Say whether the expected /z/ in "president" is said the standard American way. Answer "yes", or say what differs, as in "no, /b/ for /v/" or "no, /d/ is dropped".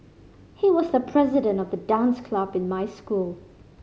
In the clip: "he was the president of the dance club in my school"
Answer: yes